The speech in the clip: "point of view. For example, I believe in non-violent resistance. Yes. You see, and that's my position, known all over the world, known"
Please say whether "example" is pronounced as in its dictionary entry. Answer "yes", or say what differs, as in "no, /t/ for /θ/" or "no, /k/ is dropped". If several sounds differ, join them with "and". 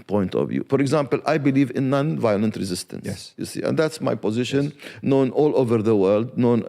yes